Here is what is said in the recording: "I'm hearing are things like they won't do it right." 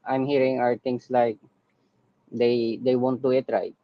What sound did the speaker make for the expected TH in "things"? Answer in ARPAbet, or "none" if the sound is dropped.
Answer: T